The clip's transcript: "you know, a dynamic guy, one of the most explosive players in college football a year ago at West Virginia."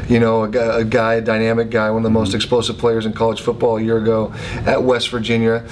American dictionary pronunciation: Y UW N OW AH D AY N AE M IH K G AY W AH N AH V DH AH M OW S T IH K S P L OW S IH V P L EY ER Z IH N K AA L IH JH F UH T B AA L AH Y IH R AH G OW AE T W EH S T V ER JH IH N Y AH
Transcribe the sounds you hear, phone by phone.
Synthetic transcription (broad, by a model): Y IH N OW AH D AY N AE M IH K G AY W AH N AH V DH AH M OW S T IH K S P L OW S IH V P L EY ER Z IH N K AA L IH JH F UH T B AA L Y IH R AH G OW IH T W EH S T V ER JH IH N Y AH